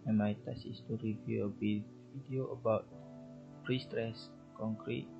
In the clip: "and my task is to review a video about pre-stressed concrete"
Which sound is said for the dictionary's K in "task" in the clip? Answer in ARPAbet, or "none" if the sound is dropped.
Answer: none